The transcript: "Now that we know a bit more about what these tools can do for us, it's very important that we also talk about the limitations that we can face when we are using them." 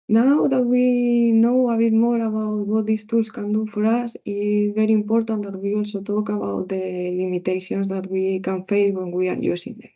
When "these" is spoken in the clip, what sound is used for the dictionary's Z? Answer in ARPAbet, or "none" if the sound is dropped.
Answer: S